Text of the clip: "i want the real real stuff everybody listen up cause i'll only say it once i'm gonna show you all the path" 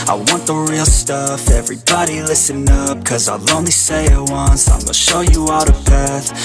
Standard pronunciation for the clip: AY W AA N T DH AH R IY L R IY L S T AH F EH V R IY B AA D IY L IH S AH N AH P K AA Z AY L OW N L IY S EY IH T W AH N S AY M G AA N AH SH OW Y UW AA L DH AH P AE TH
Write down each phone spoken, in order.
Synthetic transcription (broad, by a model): AY W AA N DH AH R R IY L S T AH F EH V R IY B AA D IY L IH S AH N AH P K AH Z AY L OW N L IY S EY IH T W AH N S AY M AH SH OW Y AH AA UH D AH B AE TH